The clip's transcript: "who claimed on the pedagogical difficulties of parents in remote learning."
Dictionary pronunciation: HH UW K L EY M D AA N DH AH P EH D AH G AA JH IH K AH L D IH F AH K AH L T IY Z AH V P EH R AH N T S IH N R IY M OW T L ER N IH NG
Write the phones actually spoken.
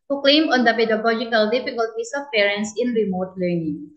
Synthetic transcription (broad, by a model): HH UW K L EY M AA N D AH P EH D AH G AA JH IH K AH L D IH F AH K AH L T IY S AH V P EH R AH N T S IH N R IY M OW T L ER N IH NG